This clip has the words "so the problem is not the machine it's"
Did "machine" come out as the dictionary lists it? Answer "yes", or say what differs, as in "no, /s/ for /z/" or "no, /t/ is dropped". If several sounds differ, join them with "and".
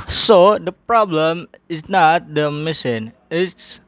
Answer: no, /s/ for /ʃ/